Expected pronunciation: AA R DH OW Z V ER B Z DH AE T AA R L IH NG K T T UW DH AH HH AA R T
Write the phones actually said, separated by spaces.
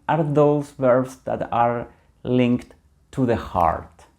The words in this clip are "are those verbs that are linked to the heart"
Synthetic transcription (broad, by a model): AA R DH OW S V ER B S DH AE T AA R L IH NG K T T UW DH AH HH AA R T